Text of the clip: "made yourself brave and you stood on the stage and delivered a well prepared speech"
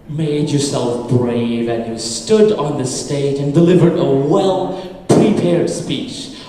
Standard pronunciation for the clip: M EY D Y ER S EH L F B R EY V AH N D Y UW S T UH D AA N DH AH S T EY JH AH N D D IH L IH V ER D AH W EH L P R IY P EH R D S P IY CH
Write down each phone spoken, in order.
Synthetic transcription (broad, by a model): M EY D Y ER S EH L F B R EY V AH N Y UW S T UH D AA N DH AH S T EY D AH N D D IH L IH V ER D AH W EH L P R IY P EH R D S P IY CH